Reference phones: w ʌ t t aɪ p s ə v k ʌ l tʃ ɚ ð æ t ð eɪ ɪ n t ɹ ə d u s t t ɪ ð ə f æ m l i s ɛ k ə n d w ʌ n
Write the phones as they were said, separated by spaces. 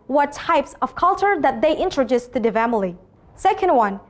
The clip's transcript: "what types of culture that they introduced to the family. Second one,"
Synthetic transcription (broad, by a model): w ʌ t t aɪ p s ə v k ʌ l tʃ ɚ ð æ t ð eɪ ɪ n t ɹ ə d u s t t ɪ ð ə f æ m l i s ɛ k ə n d w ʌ n